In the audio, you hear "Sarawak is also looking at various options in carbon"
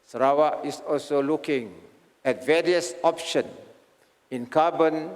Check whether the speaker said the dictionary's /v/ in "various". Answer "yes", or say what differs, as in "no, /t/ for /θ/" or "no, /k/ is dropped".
yes